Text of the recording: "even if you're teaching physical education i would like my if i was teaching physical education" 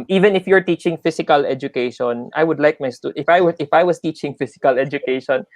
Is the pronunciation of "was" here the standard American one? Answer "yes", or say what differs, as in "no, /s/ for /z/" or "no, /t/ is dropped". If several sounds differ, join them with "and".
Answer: no, /s/ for /z/